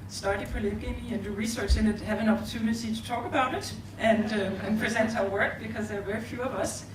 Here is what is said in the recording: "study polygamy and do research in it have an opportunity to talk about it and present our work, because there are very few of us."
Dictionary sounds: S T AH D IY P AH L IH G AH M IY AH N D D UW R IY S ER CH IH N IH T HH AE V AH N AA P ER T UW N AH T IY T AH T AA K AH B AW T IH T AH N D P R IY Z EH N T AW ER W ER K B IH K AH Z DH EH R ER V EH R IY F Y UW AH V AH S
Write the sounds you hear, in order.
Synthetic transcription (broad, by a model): S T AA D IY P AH L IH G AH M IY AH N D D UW R IY S ER CH IH N IH T HH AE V AH N AA P ER T UW N AH T IY T AH T AA K AH B AW T IH T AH N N P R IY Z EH N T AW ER W ER K B IH K AH Z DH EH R V EH R IY F Y UW AH V AH S